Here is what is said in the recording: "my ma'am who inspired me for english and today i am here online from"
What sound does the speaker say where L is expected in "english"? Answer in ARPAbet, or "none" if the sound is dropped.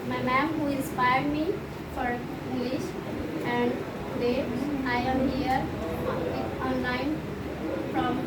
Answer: L